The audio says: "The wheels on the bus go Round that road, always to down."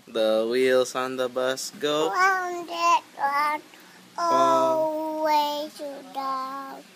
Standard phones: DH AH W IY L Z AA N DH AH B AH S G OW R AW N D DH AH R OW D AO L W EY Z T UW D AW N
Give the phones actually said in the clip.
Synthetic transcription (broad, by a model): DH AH W IY L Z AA N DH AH B AH S G OW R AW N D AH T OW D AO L W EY T UW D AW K